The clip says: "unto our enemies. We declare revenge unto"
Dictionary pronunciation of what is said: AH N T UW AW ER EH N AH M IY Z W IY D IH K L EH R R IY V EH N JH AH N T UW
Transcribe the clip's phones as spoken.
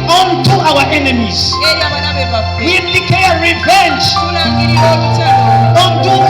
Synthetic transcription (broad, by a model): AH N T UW AW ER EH N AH M IY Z W IY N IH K EH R R IY V EH N JH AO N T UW